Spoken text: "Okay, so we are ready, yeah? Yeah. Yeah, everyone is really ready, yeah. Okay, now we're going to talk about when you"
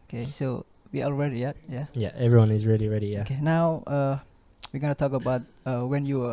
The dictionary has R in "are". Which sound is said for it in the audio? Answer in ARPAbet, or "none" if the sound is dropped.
L